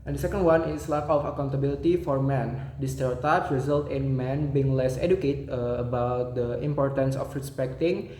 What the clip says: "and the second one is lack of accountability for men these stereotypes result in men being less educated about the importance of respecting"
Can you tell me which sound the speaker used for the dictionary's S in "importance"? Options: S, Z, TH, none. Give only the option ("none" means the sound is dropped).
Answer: S